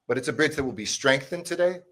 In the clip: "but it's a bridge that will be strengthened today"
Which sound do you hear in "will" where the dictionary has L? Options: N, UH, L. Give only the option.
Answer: L